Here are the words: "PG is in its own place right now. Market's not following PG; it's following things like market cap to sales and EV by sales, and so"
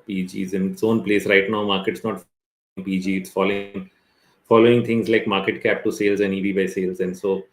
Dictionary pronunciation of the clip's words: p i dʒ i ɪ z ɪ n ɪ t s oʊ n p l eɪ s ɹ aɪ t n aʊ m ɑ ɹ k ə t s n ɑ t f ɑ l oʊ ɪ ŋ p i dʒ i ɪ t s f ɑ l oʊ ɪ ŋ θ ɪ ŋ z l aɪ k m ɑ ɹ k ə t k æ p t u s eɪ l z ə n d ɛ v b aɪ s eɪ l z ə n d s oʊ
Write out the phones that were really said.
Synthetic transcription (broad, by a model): p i dʒ i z ɪ n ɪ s oʊ n p l eɪ s ɹ aɪ t n aʊ m ɑ ɹ k ə t s n ɑ t f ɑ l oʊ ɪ ŋ p i dʒ i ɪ t s f ɑ l oʊ ɪ ŋ t ɪ ŋ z l aɪ k m ɑ ɹ k ə t k æ p t u s eɪ l z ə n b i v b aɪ s eɪ l z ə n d s oʊ